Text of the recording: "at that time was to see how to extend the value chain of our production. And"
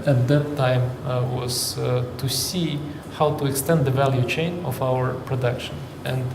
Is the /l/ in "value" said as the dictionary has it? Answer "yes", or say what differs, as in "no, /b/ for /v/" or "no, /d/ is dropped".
yes